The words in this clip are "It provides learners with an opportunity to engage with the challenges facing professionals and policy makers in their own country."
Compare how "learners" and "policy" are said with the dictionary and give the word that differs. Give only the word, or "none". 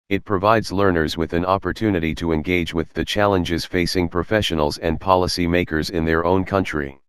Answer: none